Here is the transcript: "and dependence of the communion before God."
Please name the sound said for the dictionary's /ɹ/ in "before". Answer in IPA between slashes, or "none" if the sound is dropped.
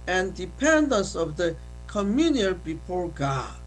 /ɹ/